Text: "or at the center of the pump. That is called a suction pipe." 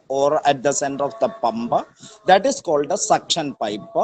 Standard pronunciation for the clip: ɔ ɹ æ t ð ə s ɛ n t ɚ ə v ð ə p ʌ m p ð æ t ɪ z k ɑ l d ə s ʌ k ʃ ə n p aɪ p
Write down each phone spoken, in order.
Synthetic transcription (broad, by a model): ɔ ɹ æ t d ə s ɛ n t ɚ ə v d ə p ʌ m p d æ t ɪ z k ɑ l d ə s ʌ k ʃ ə n p aɪ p